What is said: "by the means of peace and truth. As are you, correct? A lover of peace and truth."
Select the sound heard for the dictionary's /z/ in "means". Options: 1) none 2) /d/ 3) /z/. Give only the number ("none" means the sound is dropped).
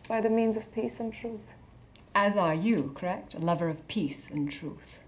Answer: 3